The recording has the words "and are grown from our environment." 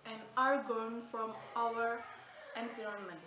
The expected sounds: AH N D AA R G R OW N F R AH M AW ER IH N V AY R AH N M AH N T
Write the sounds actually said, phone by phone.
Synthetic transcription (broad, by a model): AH N AA R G OW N F R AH M AW ER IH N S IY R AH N M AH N